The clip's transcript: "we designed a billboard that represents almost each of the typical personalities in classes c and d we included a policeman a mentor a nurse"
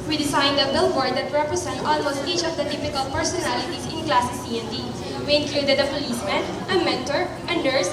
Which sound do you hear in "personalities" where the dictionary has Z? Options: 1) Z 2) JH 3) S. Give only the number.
3